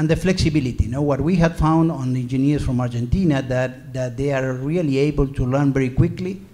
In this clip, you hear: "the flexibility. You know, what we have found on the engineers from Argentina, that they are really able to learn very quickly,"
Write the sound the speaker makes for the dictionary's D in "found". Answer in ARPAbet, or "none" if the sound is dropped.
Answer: D